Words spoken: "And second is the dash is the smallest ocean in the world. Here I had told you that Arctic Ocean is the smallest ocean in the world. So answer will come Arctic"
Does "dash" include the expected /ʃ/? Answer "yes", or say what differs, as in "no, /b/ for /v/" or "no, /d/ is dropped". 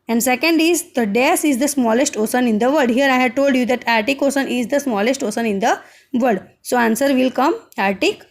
no, /s/ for /ʃ/